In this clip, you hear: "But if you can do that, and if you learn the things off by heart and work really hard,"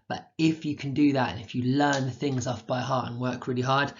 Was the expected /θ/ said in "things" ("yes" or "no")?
yes